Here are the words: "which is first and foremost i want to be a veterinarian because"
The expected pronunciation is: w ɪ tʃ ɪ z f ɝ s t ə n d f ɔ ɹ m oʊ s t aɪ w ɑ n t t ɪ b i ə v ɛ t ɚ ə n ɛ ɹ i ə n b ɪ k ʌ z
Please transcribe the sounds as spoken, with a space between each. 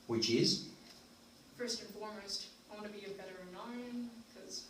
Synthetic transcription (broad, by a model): w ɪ tʃ ɪ z f ɝ s t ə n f ɔ ɹ m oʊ s t aɪ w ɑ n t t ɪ b i ə b ɛ t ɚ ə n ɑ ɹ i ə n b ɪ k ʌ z